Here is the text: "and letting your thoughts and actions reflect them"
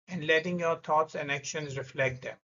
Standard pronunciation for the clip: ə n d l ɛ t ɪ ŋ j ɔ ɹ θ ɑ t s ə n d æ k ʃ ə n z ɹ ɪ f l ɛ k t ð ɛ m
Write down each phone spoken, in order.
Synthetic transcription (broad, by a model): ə n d l ɛ t ɪ ŋ j ɔ ɹ t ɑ t s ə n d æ k ʃ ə n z ɹ ɪ f l ɛ k t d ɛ m